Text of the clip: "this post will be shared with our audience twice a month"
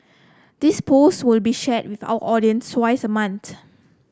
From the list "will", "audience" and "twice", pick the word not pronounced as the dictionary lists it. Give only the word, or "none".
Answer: none